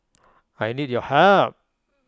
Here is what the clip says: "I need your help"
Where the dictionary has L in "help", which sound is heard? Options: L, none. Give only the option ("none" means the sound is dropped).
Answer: none